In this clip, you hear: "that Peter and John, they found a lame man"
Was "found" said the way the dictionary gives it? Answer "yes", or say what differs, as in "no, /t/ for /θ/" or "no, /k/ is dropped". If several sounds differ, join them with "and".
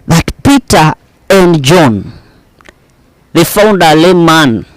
yes